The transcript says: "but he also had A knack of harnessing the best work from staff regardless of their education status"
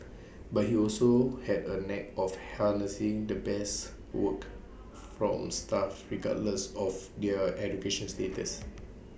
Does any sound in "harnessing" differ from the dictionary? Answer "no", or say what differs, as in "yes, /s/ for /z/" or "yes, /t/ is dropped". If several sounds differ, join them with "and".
yes, /l/ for /ɹ/